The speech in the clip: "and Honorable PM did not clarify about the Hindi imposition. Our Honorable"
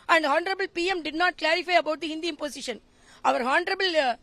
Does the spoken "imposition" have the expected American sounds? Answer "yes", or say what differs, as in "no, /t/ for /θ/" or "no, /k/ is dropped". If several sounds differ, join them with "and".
no, /s/ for /z/